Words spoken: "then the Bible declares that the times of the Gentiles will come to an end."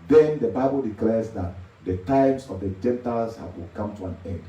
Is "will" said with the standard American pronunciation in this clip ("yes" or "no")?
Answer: no